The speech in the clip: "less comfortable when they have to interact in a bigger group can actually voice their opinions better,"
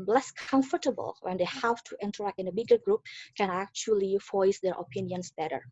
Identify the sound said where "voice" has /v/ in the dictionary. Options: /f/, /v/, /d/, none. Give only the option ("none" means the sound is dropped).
/f/